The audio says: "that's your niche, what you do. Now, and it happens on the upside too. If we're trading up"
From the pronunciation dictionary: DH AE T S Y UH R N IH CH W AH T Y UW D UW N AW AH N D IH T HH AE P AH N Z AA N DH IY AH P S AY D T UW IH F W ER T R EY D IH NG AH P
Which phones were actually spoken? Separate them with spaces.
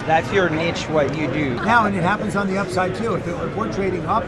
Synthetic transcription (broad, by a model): DH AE T S Y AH R N IH CH W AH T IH D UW N AW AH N IH T HH AE P AH N Z N DH IY AH P S AY D T UW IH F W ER T R EY D IH NG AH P